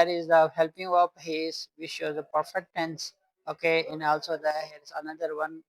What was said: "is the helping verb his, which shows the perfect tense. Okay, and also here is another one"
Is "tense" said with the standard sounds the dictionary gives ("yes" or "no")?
yes